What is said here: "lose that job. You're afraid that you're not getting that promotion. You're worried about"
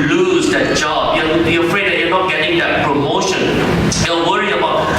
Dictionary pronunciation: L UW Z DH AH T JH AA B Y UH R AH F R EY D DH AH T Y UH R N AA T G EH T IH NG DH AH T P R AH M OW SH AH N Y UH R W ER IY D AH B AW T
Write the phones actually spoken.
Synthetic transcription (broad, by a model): L UW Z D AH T JH AA B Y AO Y AH F R EY D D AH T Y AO N AA T G EH T IH NG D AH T P R AH M OW SH AH N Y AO W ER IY AH B AW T